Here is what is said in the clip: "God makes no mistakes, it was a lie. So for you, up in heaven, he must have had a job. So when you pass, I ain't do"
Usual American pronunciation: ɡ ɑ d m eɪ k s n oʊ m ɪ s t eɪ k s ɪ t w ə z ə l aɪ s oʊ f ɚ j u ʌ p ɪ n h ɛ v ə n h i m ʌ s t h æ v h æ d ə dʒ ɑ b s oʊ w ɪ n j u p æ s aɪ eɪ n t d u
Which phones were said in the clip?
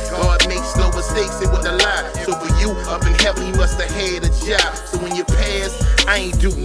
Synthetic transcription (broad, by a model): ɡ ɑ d m eɪ k s l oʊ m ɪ s t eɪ k s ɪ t w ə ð ə l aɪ s oʊ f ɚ j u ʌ b ɪ n h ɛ p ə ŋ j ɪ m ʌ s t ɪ h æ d ə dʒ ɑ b s oʊ w ɪ n j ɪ p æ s aɪ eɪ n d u